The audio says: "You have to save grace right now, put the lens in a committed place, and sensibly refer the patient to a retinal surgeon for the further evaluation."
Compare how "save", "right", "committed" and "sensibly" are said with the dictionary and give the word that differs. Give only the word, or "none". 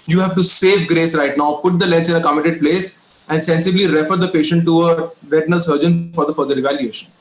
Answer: none